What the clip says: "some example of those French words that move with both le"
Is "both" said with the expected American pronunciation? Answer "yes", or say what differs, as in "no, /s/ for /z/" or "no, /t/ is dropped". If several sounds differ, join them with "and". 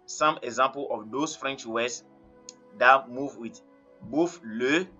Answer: no, /f/ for /θ/